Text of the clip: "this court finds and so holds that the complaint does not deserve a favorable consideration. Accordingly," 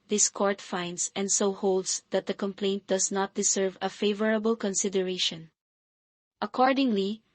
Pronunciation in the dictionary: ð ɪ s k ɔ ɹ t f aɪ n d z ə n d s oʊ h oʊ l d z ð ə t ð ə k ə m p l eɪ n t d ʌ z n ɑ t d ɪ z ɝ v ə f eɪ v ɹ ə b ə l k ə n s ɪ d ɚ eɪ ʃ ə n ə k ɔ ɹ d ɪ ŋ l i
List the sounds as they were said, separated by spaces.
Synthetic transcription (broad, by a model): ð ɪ s k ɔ ɹ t f aɪ n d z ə n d s oʊ h oʊ l d s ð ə t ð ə k ə m p l eɪ n t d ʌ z n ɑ t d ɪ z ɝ v ə f eɪ v ɹ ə b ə l k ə n s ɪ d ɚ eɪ ʃ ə n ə k ɔ ɹ d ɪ ŋ l i